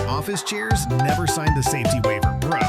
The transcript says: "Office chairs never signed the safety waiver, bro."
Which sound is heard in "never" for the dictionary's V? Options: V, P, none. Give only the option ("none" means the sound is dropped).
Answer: V